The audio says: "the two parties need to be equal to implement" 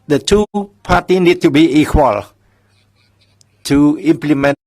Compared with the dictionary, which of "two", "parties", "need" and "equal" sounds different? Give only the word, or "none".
parties